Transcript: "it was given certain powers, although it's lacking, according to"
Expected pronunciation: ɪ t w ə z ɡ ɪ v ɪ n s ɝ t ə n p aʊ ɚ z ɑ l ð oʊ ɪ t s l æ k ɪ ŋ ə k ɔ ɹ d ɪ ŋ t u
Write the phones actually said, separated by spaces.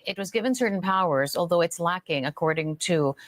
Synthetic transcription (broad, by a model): ɪ t w ə z ɡ ɪ v ɪ n s ɝ t n p aʊ ɚ z ɑ l ð oʊ ɪ t s l æ k ɪ ŋ ə k ɔ ɹ d ɪ ŋ t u